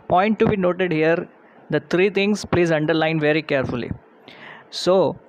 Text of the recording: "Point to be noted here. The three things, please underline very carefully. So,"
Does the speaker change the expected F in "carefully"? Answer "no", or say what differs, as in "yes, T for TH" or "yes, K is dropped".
no